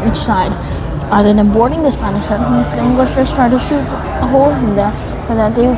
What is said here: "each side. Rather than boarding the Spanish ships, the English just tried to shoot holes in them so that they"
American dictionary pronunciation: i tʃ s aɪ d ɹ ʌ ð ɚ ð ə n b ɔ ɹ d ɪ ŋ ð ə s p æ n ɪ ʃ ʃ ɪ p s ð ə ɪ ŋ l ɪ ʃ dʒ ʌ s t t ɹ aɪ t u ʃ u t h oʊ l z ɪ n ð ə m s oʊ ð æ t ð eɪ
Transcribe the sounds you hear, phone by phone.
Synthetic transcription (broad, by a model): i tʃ s aɪ d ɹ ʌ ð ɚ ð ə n b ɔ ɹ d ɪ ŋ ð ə s p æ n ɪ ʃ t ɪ s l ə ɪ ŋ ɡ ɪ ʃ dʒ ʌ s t t ɹ aɪ t u ʃ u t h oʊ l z ɪ n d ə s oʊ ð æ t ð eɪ